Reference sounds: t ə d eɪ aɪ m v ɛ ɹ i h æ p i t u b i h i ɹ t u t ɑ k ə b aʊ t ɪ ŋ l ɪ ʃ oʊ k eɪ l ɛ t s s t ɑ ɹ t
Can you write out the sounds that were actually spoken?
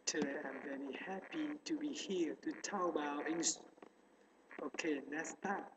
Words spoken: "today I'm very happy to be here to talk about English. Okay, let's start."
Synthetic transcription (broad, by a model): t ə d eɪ aɪ m v ɛ ɹ i h æ p i t u b i h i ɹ t u t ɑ ə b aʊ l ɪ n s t oʊ k eɪ n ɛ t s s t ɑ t